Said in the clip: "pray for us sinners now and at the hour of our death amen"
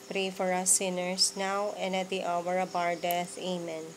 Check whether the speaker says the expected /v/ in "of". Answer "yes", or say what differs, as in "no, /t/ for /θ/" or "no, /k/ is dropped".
no, /b/ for /v/